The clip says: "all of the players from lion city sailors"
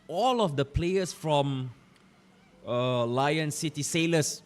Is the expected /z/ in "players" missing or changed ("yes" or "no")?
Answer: yes